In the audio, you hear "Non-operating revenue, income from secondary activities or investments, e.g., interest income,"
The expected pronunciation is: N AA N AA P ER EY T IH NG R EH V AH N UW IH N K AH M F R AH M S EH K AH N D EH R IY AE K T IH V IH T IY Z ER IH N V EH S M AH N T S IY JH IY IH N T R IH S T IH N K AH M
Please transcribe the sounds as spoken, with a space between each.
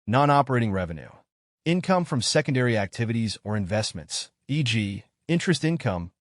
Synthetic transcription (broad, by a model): N AA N AA P ER EY T IH NG R EH V AH N UW IH N K AH M F R AH M S EH K AH N D EH R IY AE K T IH V IH T IY Z ER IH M V EH S M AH N T S IY JH IY IH N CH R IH S T IH N K AH M